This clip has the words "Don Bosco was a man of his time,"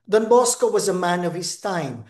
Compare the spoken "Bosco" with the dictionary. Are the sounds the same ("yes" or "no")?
yes